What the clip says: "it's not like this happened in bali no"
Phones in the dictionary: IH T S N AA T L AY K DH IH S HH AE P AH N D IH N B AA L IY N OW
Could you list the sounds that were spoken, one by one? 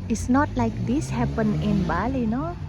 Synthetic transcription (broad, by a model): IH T S N AA T L AY K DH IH S HH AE P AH N IH N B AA L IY N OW